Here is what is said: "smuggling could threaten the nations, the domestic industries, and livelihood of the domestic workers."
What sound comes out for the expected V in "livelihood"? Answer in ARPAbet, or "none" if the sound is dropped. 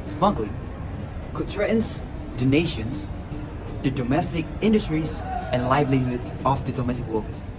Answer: V